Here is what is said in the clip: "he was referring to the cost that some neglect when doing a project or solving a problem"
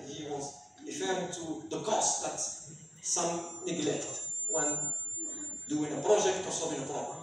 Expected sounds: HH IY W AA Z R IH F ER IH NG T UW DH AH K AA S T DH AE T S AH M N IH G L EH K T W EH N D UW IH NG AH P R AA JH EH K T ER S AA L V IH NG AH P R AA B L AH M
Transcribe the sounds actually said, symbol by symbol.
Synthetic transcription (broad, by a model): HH IY W AA Z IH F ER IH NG T UW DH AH K AA S T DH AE T S AH M N IH G L EH K T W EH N D UW IH NG AH P R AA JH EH K T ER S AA V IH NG AH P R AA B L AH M